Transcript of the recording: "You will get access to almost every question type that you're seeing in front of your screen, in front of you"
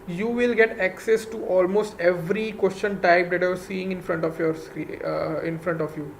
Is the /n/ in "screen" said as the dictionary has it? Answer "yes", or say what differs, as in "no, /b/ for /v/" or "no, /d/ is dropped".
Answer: no, /n/ is dropped